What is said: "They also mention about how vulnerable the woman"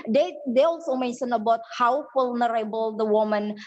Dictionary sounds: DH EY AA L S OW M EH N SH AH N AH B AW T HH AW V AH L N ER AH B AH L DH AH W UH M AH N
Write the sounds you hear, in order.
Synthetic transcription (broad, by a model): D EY AA L S OW M EH N SH AH N AH B AW T HH AW F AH L N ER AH B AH L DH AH W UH M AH N